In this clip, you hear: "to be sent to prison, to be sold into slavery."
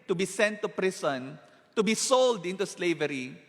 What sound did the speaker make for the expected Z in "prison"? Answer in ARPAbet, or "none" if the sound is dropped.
S